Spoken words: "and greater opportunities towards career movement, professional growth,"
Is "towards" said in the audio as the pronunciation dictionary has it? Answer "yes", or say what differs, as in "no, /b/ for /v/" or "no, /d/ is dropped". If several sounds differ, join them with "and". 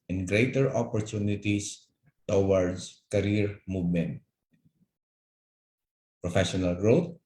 no, /s/ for /z/